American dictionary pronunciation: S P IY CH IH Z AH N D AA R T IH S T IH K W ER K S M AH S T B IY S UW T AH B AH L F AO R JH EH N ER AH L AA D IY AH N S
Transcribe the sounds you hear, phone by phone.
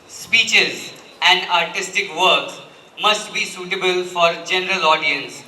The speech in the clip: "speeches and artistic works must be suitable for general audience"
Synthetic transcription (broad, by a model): S P IY CH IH Z AH N D AA R T IH S T IH K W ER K M AH S T B IY S UW T AH B AH L F AO R JH EH N ER AH L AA D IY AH N S